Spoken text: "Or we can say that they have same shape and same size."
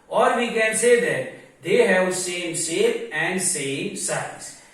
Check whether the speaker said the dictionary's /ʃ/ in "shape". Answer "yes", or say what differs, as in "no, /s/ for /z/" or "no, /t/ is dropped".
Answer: no, /s/ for /ʃ/